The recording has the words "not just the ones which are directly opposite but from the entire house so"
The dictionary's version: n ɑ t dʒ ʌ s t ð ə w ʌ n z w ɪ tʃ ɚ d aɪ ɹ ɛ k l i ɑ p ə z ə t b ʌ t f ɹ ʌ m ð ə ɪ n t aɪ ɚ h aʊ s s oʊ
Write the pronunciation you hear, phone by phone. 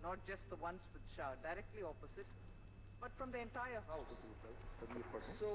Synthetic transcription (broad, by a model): n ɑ t dʒ ʌ s t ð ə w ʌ n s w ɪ ʃ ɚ d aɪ ɹ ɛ k l i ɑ p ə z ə t b ʌ t f ɹ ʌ m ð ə ɪ n t aɪ ɚ h aʊ s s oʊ